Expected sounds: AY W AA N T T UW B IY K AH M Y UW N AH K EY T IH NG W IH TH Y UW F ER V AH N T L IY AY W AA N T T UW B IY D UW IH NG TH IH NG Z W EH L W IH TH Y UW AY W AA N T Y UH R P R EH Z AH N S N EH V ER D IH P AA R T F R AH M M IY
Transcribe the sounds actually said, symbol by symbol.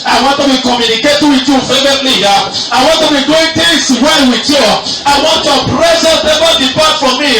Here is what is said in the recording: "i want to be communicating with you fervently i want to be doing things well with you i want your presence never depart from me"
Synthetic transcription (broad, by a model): AY W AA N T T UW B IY K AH M Y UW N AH K EY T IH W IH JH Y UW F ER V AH T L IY AY W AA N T T UW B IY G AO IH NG T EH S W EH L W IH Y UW AY W AA N T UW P R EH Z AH S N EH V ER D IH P AA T F R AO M M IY